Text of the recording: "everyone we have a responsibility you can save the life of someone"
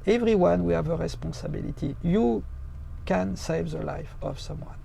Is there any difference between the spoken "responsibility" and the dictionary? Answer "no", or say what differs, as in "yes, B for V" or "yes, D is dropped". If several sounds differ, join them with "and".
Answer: yes, N is dropped